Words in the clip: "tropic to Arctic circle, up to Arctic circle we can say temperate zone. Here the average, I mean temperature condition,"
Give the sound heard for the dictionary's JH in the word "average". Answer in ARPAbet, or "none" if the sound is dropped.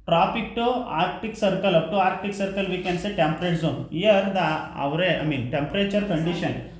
none